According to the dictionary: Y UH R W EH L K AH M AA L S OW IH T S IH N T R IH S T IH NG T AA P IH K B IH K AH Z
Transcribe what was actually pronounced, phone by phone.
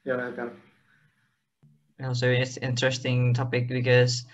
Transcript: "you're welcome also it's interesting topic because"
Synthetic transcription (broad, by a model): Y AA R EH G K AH AA L S OW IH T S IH N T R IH S T IH NG T AA P IH K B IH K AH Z